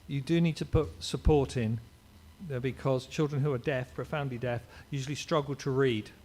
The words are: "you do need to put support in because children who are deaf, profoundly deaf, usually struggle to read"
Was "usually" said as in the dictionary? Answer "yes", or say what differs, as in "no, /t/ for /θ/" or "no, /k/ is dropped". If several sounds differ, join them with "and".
yes